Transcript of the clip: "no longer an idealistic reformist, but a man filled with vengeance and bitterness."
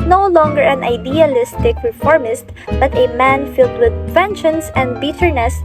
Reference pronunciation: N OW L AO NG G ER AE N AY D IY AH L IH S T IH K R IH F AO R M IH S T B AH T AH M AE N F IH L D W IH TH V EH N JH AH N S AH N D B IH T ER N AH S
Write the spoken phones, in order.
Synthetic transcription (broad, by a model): N OW L AO NG G ER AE N AY D IY AH L IH S T IH K R IH F AO R M IH S T B AH T AH M AE N F IH L D W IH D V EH N SH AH N S AH N D B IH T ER N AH S